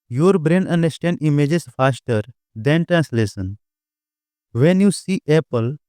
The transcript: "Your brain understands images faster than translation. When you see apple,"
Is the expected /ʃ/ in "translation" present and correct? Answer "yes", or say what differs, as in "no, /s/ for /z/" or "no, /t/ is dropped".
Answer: no, /s/ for /ʃ/